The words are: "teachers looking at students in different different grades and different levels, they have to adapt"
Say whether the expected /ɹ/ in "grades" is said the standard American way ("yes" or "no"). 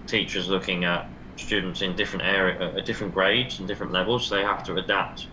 yes